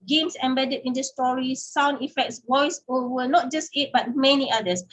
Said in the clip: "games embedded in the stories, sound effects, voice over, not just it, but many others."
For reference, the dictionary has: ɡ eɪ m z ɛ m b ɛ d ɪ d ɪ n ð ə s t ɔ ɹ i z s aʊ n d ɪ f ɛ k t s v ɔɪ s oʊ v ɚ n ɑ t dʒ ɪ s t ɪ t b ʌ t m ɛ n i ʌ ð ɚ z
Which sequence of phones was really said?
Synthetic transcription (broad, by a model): ɡ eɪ m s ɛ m b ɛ d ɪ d ɪ n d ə s t ɔ ɹ i s aʊ n d ɪ f ɛ k t s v ɔɪ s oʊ w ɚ n ɑ t dʒ ɪ s t ɪ t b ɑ t m ɛ n i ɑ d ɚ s